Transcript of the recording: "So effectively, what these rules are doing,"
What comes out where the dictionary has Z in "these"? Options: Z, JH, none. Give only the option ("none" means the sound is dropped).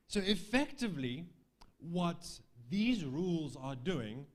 Z